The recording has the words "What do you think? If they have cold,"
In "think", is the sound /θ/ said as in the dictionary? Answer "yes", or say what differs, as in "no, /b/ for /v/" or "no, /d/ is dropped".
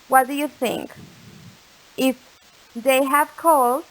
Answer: yes